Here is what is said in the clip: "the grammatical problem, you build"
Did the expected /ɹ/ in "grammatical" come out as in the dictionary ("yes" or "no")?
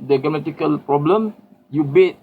no